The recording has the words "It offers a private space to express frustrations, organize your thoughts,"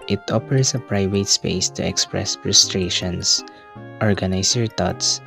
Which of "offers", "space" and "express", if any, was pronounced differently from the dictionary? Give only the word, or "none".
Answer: offers